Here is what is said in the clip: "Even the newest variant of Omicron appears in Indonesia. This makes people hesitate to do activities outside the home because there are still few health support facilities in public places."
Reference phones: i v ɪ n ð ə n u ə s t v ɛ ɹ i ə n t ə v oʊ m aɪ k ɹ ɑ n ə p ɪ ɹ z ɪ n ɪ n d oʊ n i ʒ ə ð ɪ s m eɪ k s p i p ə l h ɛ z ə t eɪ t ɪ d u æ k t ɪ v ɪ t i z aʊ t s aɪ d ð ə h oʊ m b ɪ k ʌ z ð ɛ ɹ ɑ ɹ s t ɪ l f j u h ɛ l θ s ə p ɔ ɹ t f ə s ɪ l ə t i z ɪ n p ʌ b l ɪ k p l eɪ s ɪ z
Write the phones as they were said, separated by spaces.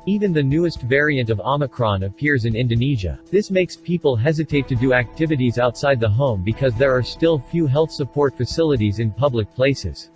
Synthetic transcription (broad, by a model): i v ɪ n ð ə n u ə s t v ɛ ɹ i ə n t ə v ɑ m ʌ k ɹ ɑ n ə p ɪ ɹ z ɪ n ɪ n d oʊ n i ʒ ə ð ɪ s m eɪ k s p i p ə l h ɛ z ə t eɪ t ɪ d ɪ æ k t ɪ v ɪ t i z aʊ t s aɪ d ð ə h oʊ m b ɪ k ʌ z ð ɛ ɹ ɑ ɹ s t ɪ l f j u h ɛ l θ s ə p ɔ ɹ t f ə s ɪ l ə t i z ɪ n p ʌ b l ɪ k p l eɪ s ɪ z